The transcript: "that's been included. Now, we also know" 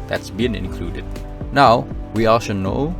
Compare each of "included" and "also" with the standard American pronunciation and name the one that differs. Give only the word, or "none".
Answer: also